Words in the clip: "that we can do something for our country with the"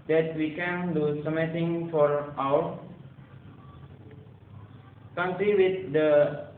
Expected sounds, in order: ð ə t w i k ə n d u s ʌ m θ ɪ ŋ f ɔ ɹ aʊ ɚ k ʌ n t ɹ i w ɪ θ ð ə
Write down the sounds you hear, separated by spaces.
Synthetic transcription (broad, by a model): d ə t w i k ə n d u s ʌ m t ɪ ŋ f ɔ ɹ aʊ ɚ k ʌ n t ɹ i w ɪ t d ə